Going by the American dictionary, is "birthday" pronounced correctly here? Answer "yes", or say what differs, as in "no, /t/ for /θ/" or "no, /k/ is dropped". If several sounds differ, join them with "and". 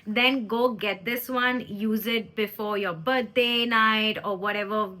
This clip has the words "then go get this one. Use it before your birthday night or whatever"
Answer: no, /t/ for /θ/